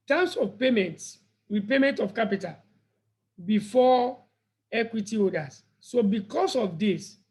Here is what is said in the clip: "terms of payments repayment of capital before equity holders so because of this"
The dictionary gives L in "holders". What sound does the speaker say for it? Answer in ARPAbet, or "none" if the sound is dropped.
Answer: none